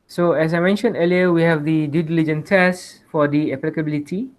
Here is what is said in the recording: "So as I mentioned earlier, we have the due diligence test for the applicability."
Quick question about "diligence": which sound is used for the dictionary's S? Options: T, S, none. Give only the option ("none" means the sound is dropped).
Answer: none